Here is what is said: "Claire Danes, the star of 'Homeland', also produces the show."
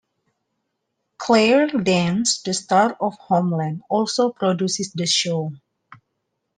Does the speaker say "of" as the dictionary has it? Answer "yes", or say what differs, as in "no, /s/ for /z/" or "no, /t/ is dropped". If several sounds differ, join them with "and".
no, /f/ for /v/